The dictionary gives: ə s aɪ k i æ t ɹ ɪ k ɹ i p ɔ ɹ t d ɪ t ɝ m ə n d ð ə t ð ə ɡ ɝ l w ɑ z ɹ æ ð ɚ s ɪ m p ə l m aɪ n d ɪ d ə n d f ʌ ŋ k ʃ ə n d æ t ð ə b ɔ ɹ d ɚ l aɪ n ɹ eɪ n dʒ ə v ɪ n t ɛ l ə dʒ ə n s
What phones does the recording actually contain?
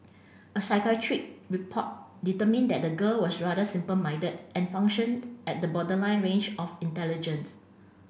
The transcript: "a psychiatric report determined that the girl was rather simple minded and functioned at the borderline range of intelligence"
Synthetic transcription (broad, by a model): ə s aɪ k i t ɹ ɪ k ɹ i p ɔ t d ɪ t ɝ m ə n d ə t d ə ɡ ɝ l w ɑ s ɹ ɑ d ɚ s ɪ m p ə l m aɪ d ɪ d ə n f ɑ ŋ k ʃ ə n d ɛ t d ə b ɔ d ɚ l aɪ n ɹ eɪ n dʒ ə f ɪ n t ɛ l ə dʒ ə n s